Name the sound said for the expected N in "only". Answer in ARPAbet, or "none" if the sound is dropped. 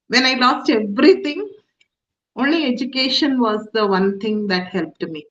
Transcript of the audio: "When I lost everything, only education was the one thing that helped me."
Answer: N